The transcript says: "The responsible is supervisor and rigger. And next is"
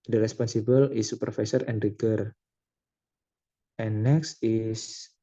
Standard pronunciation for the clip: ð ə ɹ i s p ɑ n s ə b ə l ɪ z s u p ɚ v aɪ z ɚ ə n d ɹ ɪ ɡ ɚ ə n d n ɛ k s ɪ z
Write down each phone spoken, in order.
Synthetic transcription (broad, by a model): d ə ɹ i s p ɑ n s ə b ə l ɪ s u p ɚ f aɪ s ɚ ə n d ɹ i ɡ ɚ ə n n ɛ k s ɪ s